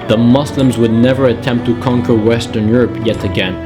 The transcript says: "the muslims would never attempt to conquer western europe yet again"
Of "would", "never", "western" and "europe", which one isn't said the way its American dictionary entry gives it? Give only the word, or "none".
none